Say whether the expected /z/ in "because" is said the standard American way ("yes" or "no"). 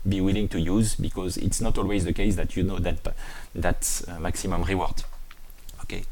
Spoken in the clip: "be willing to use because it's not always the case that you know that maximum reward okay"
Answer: yes